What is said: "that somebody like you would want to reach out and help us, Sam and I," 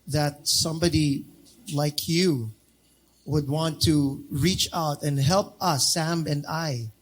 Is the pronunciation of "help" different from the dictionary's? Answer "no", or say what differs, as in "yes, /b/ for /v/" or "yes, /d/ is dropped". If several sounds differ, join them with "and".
no